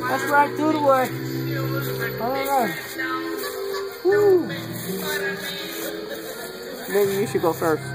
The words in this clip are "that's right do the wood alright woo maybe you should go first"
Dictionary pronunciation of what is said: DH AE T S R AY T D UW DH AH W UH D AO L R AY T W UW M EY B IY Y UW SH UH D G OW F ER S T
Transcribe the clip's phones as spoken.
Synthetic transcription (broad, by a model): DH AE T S R AY T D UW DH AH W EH AO R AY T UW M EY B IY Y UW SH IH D G OW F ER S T